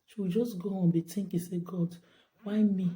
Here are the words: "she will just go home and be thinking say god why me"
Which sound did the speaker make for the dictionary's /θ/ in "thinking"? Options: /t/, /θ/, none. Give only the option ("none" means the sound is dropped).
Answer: /t/